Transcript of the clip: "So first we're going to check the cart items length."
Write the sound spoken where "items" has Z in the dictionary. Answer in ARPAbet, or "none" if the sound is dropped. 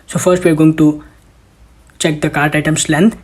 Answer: S